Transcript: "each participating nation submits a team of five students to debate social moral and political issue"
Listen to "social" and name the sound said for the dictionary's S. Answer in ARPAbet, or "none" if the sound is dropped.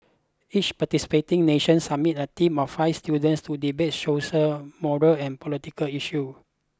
SH